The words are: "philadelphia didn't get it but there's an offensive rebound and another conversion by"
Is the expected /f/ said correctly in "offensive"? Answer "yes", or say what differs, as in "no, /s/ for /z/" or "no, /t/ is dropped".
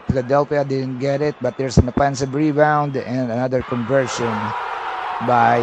no, /p/ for /f/